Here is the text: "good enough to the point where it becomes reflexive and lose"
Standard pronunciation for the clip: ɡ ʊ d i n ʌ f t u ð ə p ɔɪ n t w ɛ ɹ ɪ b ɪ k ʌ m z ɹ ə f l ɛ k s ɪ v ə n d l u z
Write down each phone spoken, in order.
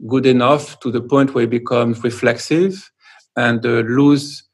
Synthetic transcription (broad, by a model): ɡ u d i n ʌ f t u ð ə p ɔɪ n t w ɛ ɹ b ɪ k ʌ m z ɹ ə f l ɛ k s ɪ v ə n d l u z